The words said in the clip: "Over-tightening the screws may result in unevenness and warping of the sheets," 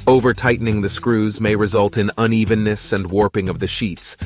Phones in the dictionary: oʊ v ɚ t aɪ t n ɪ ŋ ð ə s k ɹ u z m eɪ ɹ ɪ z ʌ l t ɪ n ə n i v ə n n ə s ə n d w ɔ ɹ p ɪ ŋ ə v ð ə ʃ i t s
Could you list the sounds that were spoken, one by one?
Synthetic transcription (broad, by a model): oʊ v ɚ t aɪ t n ɪ ŋ ð ə s k ɹ u z m eɪ ɹ ɪ z ʌ l t ɪ n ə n i v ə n n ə s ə n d w ɔ ɹ p ɪ ŋ ə v ð ə ʃ i t s